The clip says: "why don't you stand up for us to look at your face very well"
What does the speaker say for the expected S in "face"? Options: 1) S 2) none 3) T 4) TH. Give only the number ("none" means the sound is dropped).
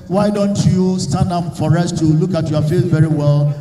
4